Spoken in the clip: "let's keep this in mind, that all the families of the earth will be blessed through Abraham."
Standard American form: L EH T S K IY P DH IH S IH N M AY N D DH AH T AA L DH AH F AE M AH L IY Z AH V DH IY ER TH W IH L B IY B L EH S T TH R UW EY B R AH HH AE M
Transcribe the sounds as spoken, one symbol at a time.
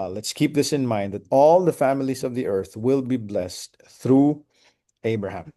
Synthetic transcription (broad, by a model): L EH T S K IY P DH IH S IH N M AY N D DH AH T AA L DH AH F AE M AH L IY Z AH V DH IY ER TH W IH L B IY B L EH S T TH R UW EY B R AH HH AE M